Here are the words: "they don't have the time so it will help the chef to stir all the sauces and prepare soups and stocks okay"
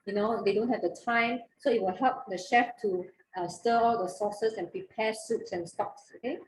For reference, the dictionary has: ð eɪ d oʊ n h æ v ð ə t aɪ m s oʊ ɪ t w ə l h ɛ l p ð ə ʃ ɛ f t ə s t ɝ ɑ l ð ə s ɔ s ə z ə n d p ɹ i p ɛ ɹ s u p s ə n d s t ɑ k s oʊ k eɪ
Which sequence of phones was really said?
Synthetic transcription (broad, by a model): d eɪ d oʊ n h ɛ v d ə t aɪ m s oʊ ɪ t w ə l h ɛ l p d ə ʃ ɛ f t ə s t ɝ ɑ l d ə s ɔ s ə s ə n p ɹ i p ɛ s u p s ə n s t ɑ k s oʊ k eɪ